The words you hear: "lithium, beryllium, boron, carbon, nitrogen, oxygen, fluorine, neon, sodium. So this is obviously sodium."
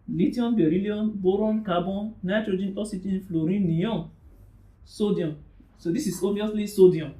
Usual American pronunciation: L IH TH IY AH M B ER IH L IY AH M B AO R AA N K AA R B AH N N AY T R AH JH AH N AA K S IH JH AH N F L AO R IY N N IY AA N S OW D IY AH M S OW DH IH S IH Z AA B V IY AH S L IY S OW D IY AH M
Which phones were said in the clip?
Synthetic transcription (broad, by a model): L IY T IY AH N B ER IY L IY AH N B AO R AA N K AA B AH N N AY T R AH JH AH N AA S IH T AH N F L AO R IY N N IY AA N S OW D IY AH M S OW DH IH S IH S AA B V IY AH S L IY S OW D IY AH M